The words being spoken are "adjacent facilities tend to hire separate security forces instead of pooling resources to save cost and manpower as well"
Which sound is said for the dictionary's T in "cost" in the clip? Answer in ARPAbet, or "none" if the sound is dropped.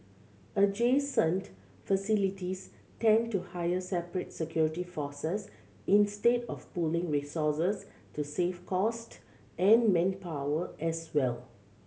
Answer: T